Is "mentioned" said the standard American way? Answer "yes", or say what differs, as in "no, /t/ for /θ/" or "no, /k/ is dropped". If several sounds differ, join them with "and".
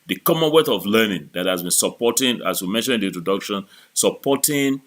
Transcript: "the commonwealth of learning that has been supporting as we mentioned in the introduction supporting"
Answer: no, /d/ is dropped